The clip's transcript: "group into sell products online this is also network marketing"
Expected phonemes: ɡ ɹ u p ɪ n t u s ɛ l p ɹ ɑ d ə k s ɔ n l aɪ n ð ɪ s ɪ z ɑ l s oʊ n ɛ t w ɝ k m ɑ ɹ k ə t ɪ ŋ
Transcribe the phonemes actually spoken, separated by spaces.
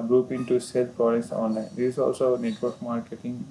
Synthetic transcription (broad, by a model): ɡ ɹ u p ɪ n t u s ɛ l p ɑ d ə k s ɔ n l aɪ n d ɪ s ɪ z ɑ l s oʊ n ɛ t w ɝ k m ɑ ɹ k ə t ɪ ŋ